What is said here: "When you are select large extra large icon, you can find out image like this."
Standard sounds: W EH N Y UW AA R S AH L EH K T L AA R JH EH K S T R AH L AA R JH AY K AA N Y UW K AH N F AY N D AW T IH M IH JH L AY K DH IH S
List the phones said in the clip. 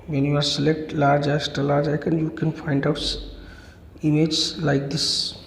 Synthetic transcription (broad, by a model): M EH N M AA R S AH L EH K T L AA R JH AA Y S T AH L AA R JH AY K AA N Y UW K AH N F AY N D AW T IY M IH JH L AY K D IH S